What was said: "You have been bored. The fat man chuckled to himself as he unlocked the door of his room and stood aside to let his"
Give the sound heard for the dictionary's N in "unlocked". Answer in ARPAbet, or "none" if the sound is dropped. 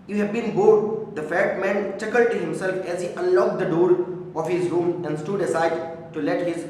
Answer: none